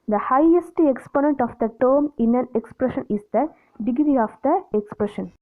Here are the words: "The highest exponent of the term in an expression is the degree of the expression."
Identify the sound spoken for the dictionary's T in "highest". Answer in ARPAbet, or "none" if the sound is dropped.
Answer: T